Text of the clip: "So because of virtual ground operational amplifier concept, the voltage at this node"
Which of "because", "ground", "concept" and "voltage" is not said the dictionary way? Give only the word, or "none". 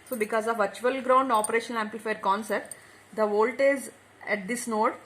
voltage